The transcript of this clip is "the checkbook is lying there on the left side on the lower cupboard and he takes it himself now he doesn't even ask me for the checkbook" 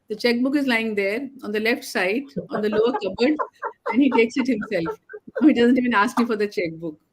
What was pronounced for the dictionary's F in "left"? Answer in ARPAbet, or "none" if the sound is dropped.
F